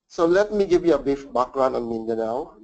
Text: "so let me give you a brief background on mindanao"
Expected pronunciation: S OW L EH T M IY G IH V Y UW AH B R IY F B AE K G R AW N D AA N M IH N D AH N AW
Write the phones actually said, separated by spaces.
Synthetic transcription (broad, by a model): S OW L EH T M IY G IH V Y UW AH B IY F B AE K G R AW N AA N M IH N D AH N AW